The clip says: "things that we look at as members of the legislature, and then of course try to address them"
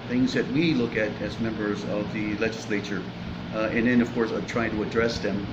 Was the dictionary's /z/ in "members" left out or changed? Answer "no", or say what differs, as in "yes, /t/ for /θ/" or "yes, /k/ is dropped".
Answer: no